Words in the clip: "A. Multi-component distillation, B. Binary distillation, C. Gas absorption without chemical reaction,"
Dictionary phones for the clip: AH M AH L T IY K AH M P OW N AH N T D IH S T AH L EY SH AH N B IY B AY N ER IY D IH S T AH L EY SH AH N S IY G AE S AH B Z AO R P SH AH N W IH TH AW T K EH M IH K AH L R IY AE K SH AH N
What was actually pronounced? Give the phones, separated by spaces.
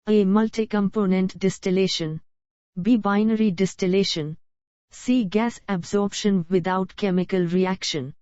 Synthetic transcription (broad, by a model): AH M AH L T IY K AH M P OW N AH N T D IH S T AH L EY SH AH N B IY B AY N ER IY D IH S T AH L EY SH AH N S IY G AE S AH B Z AO R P SH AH N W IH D AW T K EH M IH K AH L R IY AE K SH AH N